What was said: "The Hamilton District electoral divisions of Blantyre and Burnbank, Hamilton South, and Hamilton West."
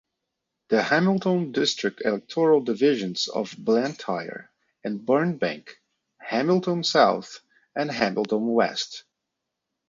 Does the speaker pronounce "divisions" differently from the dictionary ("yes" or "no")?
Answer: no